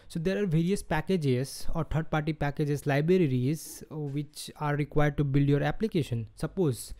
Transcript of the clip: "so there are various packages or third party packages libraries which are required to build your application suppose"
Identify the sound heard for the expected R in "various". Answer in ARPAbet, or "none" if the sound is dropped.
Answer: R